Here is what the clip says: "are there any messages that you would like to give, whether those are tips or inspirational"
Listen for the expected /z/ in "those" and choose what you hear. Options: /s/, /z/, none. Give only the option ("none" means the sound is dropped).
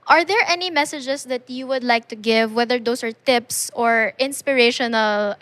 /s/